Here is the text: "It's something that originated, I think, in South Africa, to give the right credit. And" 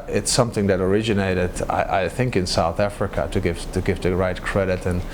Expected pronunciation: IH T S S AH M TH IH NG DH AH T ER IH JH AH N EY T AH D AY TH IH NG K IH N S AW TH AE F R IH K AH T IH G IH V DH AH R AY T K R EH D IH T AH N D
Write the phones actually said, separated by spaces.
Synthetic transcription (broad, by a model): IH T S S AH M TH IH NG DH AH T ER IH JH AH N EY T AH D AY TH IH NG K IH N S AW TH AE F R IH K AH T IH G IH V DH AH R AY T K R EH D IH T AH N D